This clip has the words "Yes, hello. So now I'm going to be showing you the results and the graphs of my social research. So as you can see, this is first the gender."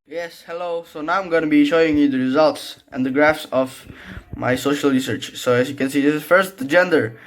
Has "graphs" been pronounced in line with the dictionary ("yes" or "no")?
yes